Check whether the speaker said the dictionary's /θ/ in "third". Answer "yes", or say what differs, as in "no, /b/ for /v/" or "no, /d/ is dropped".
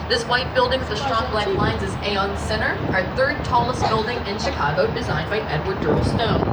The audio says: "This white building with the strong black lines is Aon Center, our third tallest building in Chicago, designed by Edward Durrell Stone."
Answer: yes